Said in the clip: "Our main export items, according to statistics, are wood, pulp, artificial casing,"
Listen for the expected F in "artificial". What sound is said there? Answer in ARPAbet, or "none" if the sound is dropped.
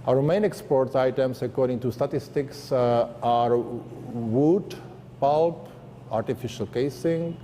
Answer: F